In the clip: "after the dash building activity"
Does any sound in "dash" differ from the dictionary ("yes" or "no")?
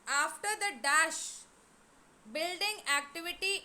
no